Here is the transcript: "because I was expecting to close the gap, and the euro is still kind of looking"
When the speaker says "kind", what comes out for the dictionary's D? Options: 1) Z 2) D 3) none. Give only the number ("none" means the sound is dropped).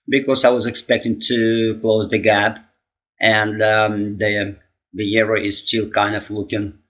2